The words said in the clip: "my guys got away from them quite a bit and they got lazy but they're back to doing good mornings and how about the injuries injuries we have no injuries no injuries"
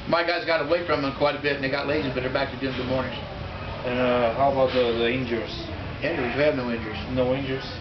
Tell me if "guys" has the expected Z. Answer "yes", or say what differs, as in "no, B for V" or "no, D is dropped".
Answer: yes